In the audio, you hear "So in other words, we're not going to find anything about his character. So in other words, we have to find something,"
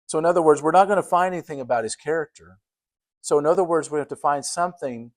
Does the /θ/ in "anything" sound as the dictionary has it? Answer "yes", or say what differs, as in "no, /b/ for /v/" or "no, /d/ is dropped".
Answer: yes